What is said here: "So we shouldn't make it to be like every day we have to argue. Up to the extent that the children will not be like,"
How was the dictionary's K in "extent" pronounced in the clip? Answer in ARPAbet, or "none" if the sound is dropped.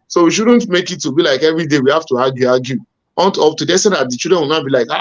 none